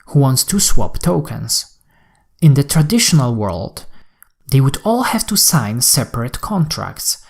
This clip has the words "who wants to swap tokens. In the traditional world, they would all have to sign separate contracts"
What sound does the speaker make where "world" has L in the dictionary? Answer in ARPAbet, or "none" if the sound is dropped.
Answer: L